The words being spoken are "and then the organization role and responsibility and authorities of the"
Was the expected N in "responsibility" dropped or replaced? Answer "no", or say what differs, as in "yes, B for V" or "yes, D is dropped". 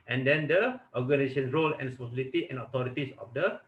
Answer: yes, N is dropped